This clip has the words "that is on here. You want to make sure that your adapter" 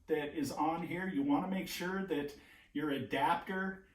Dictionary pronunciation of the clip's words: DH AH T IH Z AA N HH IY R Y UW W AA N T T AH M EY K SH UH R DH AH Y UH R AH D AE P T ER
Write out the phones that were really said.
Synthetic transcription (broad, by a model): DH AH T IH Z N HH IY R Y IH W AA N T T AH M EY K SH UH R DH AH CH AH R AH D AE P T ER